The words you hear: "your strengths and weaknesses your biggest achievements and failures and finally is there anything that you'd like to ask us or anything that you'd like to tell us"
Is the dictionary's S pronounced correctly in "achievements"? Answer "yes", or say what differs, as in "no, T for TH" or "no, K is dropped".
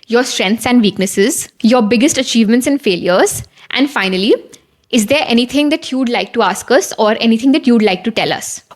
yes